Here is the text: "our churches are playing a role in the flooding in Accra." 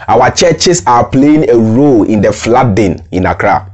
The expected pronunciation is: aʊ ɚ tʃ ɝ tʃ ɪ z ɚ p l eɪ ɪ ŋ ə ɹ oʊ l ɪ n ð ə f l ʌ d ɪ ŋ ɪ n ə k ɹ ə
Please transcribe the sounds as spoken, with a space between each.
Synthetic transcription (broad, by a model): aʊ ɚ tʃ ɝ tʃ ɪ s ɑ p l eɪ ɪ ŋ ə ɹ oʊ l ɪ n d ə f l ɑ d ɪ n ɪ n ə k ɹ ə